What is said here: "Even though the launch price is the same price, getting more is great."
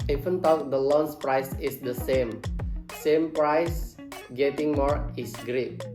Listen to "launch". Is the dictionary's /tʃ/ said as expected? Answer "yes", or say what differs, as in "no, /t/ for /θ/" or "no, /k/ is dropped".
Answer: no, /s/ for /tʃ/